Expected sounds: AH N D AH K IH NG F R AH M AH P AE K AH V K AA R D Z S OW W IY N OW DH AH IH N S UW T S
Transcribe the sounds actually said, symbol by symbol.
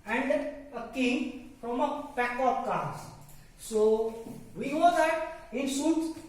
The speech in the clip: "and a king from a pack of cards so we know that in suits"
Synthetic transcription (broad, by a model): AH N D AH K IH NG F R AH M AH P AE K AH P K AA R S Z S OW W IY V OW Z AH IH N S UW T